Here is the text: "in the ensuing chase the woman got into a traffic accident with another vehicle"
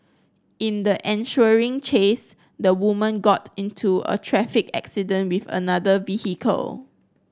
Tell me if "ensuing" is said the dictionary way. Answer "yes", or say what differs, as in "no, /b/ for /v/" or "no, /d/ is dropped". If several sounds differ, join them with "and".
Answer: no, /ʃ/ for /s/